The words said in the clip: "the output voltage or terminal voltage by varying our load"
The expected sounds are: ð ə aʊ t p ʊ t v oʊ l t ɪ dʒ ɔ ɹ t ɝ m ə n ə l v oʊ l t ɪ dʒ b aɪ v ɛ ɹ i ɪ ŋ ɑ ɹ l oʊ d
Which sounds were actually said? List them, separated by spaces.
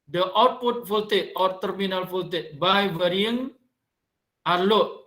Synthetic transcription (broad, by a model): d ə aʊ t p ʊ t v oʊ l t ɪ ɔ ɹ t ɝ m ə n ə l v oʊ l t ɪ b aɪ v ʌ ɹ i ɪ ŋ ɑ ɹ l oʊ